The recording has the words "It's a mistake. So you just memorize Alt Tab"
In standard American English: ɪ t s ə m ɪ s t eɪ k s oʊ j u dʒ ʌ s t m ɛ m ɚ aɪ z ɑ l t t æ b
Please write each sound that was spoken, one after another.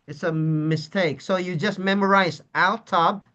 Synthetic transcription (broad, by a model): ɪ t s ə m ɪ s t eɪ k s oʊ j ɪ dʒ ʌ s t m ɛ m ɚ aɪ z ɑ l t t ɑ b